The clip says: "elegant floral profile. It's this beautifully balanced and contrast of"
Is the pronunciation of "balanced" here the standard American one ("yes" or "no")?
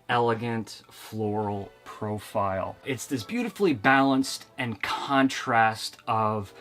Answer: yes